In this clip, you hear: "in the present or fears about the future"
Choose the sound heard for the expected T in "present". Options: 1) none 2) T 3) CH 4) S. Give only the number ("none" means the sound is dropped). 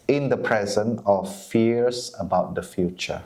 1